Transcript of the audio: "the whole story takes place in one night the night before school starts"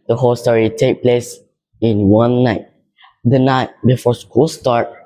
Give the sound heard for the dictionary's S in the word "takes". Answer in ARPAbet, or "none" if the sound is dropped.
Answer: none